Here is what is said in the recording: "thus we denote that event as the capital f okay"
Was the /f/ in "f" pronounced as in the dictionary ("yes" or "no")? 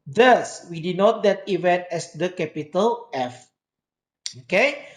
yes